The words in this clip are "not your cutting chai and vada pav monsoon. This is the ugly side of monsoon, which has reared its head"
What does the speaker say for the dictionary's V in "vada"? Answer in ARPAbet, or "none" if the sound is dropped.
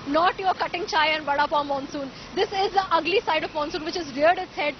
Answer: B